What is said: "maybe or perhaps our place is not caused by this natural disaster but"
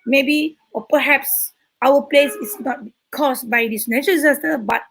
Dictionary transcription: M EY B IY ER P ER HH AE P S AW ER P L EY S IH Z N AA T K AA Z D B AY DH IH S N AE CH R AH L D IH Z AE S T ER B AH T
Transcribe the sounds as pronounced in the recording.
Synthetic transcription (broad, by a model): M EY B IY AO P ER HH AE P S AW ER P L EY S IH S N AA T K AA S B AY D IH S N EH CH AH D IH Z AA S T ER B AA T